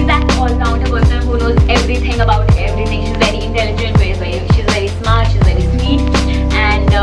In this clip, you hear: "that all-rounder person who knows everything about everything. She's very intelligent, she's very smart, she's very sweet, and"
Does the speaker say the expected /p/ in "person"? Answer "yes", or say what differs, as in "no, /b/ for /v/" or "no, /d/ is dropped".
no, /b/ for /p/